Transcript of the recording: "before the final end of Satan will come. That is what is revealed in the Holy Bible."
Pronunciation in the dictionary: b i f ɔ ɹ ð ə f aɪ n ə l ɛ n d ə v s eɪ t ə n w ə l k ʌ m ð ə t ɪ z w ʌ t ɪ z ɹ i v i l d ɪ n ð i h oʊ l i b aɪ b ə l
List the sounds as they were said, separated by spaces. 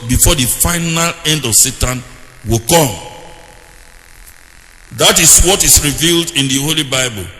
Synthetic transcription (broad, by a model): b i f ɔ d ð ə f aɪ n ə l ɛ n d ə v s eɪ t ə n w ə l k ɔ m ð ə t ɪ s w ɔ t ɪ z ɹ i v i l d ɪ n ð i h oʊ l i b aɪ b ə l